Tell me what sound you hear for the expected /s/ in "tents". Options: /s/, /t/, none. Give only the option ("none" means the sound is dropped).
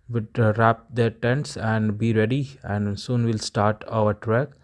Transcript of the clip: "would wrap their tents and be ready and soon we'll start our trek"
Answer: /s/